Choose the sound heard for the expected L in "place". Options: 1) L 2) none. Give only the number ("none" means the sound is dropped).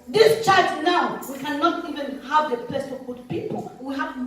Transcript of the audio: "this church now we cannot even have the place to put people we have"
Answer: 2